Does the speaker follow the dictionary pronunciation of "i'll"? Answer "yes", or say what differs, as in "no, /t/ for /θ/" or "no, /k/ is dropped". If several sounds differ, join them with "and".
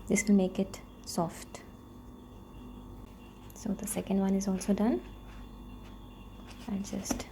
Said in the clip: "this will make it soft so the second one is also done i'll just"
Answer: no, /n/ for /l/